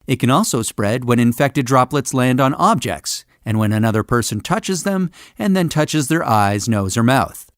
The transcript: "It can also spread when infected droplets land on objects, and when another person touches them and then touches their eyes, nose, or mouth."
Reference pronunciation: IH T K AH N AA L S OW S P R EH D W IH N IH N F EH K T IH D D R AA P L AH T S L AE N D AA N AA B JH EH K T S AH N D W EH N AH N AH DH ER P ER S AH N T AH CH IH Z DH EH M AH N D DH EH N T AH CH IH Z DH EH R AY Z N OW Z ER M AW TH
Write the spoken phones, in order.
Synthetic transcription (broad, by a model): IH T K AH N AA L S OW S P R EH D W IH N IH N F EH K T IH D D R AA P L AH T S L AE N D N AA B JH EH K T S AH N W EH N AH N AH DH ER P ER S AH N T AH CH IH Z DH EH M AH N DH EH N T AH CH IH Z DH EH R AY Z N OW Z ER M AW TH